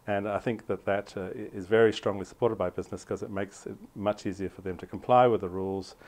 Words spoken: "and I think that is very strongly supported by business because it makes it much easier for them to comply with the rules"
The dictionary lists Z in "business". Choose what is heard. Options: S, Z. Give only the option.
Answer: Z